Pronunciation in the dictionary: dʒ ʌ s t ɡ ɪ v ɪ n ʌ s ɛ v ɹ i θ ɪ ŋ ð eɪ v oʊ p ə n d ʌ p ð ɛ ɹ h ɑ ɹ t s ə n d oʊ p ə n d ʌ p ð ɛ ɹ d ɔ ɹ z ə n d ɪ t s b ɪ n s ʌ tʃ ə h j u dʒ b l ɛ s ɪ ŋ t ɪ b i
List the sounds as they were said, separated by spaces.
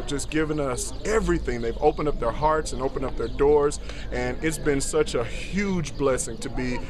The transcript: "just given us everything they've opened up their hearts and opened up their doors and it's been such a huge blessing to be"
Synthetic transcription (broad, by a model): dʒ ʌ s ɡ ɪ v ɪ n ʌ s ɛ v ɹ i θ ɪ ŋ ð eɪ v oʊ p ə n d ʌ p ð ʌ ɹ h ɑ ɹ t s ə n oʊ p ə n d ʌ p ð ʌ ɹ d ɔ ɹ z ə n ɪ t s b ɪ n s ʌ tʃ ə h j u dʒ b l ɛ s ɪ ŋ t ɪ b i